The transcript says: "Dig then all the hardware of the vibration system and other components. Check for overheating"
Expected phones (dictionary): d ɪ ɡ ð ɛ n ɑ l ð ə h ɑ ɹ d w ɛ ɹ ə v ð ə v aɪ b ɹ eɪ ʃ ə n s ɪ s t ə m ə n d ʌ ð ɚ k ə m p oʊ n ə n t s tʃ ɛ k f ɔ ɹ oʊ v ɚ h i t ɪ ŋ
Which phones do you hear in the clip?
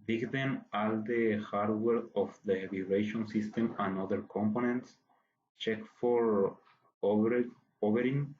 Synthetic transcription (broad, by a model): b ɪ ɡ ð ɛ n ɑ l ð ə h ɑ ɹ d w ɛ ɹ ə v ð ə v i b ɹ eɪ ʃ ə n s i s t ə m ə n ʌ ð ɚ k ə m p oʊ n ə n t s tʃ ɛ k f ɔ ɹ oʊ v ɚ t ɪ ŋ